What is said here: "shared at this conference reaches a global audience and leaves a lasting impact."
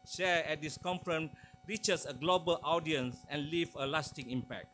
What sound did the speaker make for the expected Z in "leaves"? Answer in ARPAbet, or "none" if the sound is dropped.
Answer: none